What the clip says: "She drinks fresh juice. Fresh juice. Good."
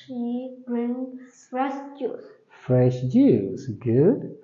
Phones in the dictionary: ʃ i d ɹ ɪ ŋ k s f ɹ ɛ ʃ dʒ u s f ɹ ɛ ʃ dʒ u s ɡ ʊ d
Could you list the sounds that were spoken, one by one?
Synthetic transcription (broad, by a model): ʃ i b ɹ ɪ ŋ s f ɹ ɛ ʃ dʒ u s f ɹ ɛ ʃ dʒ u s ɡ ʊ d